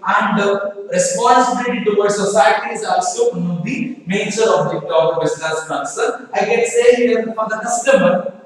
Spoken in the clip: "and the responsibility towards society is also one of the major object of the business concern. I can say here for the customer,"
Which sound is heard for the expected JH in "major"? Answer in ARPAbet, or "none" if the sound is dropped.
CH